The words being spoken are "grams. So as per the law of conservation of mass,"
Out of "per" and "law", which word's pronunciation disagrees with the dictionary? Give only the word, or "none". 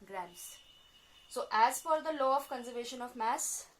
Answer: per